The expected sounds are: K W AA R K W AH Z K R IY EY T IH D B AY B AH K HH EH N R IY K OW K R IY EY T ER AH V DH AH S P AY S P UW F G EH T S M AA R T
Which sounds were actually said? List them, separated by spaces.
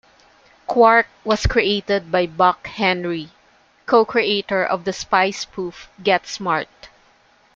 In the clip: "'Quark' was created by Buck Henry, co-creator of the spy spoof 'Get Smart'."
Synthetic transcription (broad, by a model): K W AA R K W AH S K R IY EY T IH D B AY B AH K HH EH N R IY K OW K R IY EY T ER AH V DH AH S P AY S P UW F G EH T S M AA R T